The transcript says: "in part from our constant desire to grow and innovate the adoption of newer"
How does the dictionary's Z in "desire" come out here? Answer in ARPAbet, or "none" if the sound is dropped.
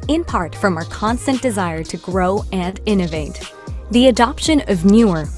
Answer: Z